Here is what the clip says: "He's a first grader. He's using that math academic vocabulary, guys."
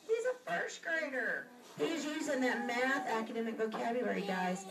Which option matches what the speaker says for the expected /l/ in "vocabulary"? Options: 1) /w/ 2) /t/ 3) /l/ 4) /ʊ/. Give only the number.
1